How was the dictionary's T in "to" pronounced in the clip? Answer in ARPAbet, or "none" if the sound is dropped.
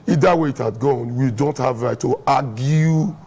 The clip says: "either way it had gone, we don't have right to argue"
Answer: T